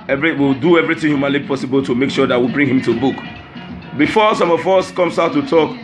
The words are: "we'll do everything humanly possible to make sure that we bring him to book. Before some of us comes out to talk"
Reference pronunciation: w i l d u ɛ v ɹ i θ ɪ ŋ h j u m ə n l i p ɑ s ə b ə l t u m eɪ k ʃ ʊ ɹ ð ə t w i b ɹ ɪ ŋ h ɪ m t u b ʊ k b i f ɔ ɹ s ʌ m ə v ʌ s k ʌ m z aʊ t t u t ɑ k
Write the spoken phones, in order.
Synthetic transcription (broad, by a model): w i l d u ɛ v ɹ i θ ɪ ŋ h j u m ə n l i p ɑ s ə b ə l t u m eɪ k ʃ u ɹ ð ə t w i b ɹ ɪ ŋ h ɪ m t u b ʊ k b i f ɔ s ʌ m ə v ʌ s k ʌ m s aʊ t t u t ɑ k